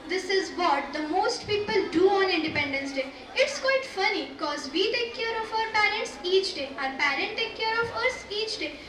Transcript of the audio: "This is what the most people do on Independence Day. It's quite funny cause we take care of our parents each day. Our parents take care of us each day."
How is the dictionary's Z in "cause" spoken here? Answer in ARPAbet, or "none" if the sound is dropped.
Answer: Z